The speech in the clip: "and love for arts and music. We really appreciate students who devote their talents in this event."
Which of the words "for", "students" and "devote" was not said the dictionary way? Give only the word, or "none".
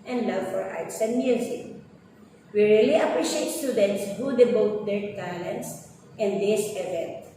devote